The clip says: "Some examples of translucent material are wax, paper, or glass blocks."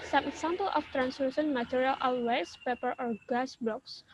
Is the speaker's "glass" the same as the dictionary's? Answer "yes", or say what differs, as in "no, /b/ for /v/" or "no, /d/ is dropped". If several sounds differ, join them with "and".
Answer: no, /l/ is dropped